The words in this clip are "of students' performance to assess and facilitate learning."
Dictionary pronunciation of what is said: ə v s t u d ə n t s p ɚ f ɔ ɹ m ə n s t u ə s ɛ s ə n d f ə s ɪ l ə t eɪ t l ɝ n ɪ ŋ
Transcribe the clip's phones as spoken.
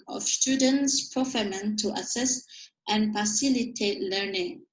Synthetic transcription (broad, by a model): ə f s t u d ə n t s p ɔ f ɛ m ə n t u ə s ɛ s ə n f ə s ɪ l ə t eɪ t l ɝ n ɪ ŋ